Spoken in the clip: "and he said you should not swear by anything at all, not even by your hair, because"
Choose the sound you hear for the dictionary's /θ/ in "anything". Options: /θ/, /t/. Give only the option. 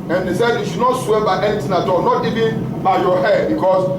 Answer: /t/